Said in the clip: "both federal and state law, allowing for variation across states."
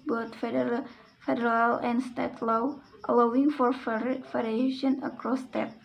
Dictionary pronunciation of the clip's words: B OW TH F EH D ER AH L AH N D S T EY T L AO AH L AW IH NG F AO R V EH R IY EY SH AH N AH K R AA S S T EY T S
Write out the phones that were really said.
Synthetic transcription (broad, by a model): B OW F F EH D ER AH L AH N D S T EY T L AO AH L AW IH NG F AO R F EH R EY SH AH N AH K R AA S S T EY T